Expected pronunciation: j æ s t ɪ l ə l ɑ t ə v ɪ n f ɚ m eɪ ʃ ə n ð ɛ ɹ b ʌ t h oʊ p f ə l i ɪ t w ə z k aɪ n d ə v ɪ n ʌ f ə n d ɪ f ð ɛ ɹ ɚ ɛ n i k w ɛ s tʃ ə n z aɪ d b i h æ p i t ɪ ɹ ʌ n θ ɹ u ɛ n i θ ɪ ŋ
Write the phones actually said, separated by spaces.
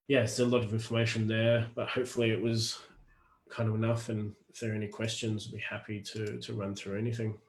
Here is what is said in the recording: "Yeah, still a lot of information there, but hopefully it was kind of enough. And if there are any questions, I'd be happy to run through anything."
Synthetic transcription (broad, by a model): j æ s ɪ ə l ɑ t ə v ɪ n f ɚ m eɪ ʃ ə n ð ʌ ɹ b ʌ t h oʊ p f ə l i ɪ t w ə z k aɪ n d ə v ɪ n ʌ f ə n ɪ f ð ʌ ɹ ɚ ɛ n i k w ɛ s tʃ ə n z b i h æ p i t ɪ ɹ ʌ n θ ɹ u ɛ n i θ ɪ ŋ